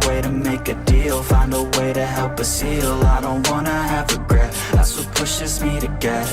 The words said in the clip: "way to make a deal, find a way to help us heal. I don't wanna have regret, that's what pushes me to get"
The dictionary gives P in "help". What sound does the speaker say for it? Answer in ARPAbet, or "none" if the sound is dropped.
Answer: P